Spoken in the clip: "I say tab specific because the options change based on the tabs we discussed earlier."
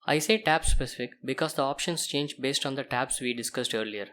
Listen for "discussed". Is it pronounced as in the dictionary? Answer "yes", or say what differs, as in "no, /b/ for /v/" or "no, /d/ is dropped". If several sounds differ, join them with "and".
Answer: yes